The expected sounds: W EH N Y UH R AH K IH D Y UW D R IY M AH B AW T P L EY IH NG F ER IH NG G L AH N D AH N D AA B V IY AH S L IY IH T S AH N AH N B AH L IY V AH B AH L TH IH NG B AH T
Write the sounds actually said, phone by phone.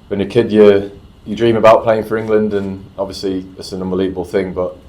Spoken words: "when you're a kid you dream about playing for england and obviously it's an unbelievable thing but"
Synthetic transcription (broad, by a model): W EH N Y AH K IH D Y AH D R IY M AH B AW T P L EY IH NG F ER IH NG G L AH N D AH N AA B V IY AH S L IY IH T S AH N AH N B AH L IY V AH B AH L TH IH NG B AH T